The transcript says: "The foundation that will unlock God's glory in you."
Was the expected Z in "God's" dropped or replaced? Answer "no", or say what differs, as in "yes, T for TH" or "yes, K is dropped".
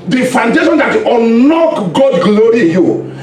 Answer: yes, Z is dropped